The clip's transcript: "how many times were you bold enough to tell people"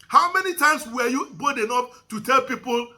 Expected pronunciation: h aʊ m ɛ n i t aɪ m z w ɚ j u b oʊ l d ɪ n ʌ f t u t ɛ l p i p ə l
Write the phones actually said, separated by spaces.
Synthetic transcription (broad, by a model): h aʊ m ɛ n i t aɪ m s w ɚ j u b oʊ d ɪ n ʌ p t u t ɛ l p i p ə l